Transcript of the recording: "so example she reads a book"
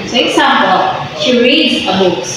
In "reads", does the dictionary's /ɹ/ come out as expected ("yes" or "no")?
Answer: yes